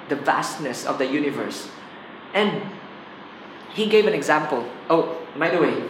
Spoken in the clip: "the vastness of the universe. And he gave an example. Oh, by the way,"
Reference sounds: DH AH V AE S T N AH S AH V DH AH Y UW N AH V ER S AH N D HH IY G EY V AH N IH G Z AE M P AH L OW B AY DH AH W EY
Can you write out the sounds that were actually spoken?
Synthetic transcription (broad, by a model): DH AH V AE S T N AH S AH V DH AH Y UW N AH V ER S AH N D HH IY G EY V AH N IH G Z AE M P AH L OW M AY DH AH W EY